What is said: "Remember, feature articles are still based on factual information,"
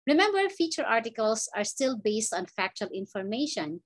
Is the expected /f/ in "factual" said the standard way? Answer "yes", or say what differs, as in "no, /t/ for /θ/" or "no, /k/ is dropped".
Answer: yes